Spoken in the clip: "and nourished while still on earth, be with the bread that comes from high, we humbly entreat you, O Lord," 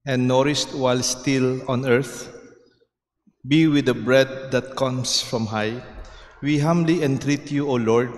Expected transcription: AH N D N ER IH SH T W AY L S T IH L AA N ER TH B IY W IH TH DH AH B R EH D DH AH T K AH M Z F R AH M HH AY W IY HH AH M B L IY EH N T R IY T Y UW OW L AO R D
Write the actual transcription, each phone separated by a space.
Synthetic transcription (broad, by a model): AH N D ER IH S T W AY L S T IH L AA N ER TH B IY W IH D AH B R EH D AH T K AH M S F R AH M HH AY W IY HH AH M B L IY EH N T R IY T Y UW OW L AO R D